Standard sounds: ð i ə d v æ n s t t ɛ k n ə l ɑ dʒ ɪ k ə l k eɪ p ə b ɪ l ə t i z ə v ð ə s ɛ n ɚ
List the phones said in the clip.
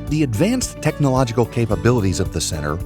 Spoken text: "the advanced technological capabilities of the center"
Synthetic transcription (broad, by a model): ð i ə d v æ n s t t ɛ k n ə l ɑ dʒ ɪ k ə l k eɪ p ə b ɪ l ə t i z ə v ð ə s ɛ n ɚ